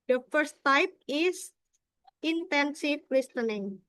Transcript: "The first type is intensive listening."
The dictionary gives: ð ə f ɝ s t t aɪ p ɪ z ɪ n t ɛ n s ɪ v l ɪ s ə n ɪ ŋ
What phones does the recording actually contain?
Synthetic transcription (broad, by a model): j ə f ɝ s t t aɪ p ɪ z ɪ n t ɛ n s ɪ f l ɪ s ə n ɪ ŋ